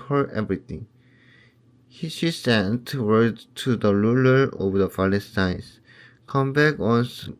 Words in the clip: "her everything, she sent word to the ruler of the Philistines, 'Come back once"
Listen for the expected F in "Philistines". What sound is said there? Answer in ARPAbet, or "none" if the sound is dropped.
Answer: P